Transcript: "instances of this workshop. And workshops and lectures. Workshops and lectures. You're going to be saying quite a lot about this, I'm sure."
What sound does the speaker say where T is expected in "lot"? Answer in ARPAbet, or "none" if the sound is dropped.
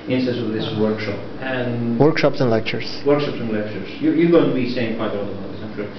none